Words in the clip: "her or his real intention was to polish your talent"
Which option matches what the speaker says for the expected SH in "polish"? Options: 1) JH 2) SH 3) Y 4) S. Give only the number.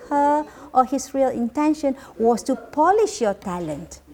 2